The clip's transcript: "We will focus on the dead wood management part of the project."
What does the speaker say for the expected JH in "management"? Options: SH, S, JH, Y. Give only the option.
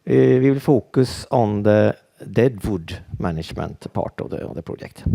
SH